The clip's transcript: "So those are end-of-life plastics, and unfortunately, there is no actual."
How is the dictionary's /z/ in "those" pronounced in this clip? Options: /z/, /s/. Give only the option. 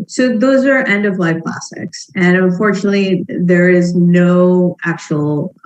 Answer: /z/